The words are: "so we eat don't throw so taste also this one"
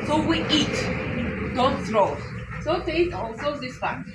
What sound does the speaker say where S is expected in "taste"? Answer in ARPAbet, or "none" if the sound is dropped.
none